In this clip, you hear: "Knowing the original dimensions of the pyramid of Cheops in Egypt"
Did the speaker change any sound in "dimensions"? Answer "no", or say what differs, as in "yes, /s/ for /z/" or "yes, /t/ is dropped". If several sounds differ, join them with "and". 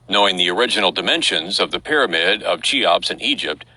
no